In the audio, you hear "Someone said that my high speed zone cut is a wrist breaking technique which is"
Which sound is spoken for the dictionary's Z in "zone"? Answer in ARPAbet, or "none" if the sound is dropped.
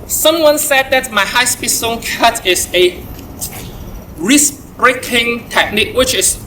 S